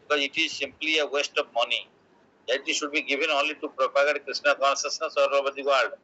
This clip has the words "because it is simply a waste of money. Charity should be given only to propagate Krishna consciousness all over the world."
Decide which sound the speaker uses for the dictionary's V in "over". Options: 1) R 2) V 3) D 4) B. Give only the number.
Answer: 4